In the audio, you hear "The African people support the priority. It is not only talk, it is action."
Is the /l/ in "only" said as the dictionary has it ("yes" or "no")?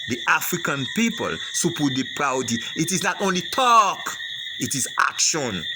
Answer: yes